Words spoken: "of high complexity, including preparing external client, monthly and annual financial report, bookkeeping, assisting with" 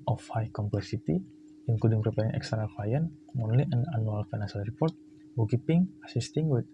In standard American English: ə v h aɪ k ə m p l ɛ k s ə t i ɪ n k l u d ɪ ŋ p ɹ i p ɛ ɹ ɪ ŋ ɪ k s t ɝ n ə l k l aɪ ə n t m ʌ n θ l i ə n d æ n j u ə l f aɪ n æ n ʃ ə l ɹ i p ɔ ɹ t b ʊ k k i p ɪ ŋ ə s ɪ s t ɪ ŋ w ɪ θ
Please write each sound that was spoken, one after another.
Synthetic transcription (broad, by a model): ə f h aɪ k ə m p l ɛ k s ə t i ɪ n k u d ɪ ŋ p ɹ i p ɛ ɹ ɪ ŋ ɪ k s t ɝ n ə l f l aɪ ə n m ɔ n l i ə n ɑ n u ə l f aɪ n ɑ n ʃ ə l ɹ i p ɔ ɹ t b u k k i p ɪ ŋ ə s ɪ s t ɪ ŋ w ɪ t